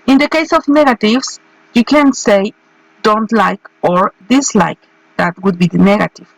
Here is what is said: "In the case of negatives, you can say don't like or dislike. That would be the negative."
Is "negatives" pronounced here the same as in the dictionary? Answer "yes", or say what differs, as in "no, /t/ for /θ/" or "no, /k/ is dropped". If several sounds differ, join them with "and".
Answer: no, /s/ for /z/